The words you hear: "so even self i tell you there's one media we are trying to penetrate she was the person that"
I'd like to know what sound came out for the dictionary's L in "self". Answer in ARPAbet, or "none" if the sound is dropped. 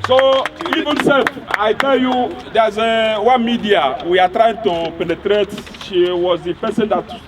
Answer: none